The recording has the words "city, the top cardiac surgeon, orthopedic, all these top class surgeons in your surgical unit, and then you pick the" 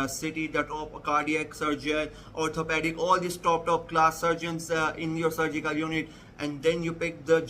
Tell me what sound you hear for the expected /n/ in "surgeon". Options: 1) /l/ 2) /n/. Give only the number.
1